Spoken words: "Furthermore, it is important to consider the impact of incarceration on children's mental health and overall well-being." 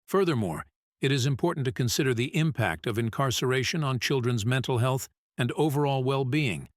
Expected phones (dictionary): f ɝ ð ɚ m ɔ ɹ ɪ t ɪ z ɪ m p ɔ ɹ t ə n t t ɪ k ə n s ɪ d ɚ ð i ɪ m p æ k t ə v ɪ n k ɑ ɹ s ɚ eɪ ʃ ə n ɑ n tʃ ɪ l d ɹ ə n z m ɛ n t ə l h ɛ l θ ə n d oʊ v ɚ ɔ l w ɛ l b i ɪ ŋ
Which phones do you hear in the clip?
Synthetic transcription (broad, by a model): f ɝ ð ɚ m ɔ ɹ ɪ t ɪ z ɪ m p ɔ ɹ t n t t ɪ k ə n s ɪ d ɚ ð i ɪ m p æ k t ə v ɪ n k ɑ ɹ s ɚ eɪ ʃ ə n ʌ n tʃ ɪ l d ɹ ə n z m ɛ n t l h ɛ l θ ə n d oʊ v ɚ ɔ l w ɛ l b i ɪ ŋ